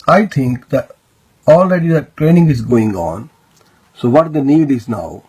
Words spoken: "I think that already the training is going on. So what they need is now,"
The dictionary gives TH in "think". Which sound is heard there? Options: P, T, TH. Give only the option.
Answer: T